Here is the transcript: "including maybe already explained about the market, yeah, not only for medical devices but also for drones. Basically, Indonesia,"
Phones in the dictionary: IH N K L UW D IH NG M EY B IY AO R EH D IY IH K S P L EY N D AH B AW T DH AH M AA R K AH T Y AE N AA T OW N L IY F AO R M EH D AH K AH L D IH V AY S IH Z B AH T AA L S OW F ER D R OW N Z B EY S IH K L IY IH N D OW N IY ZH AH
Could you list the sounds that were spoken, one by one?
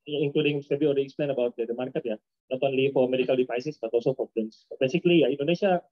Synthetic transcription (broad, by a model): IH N K L UW D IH NG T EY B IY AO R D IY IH K S P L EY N AH B AW T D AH M AA R K AH T Y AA N AA T OW N L IY F AO R M EH D AH K AH L D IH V AY S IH S B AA T AA L S OW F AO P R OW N S B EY S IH K L IY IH N D OW N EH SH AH